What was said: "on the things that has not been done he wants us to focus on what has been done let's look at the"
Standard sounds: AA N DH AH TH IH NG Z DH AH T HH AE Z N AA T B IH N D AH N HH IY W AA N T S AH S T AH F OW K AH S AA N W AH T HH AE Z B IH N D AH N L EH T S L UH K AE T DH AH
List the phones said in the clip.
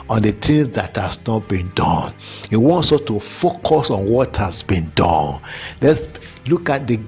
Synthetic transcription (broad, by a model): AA N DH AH T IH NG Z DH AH T HH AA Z N AA T B IH N D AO N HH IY W AA N T S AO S T AH F OW K AH S AA N W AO T HH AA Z B IH N D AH N L EH T S L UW K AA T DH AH